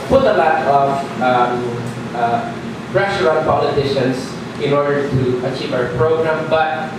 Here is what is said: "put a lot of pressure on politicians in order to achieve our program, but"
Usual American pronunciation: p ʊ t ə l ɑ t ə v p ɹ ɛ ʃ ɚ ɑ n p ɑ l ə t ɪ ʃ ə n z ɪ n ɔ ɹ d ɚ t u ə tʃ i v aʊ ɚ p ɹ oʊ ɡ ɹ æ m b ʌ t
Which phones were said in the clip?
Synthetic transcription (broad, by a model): p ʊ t ə l ɑ t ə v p ɹ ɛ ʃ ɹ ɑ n p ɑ l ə t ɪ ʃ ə n s ɪ n ɔ ɹ d ɚ t u ə tʃ i v aʊ ɚ p ɹ oʊ ɡ ɹ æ m b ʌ t